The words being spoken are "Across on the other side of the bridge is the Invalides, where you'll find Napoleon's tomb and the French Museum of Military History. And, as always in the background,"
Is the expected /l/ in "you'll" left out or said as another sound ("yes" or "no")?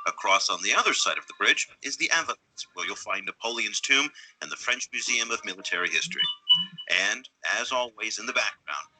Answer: no